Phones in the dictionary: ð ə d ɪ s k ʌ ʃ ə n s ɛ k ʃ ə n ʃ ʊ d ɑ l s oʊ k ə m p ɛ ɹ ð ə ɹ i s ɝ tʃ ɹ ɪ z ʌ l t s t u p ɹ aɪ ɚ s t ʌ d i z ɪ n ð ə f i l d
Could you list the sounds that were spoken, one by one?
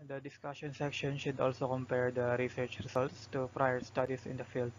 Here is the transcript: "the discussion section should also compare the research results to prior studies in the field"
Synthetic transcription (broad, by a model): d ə d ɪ s k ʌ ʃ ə n s ɛ k ʃ ə n ʃ ʊ d ɑ l s oʊ k ə m p ɛ ɹ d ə ɹ i s ɝ tʃ ɹ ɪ s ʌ l t s t u p ɹ aɪ ɚ s t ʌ d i s ɪ n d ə f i l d